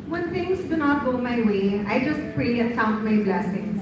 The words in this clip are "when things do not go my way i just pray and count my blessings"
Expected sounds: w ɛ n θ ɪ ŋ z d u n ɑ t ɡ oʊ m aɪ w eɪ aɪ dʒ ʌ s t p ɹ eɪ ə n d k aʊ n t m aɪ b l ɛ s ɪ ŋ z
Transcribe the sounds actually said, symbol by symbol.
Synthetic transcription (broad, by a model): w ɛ n t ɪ ŋ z d u n ɑ t ɡ oʊ m aɪ w eɪ aɪ dʒ ʌ s t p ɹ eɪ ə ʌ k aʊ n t m aɪ b l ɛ s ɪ ŋ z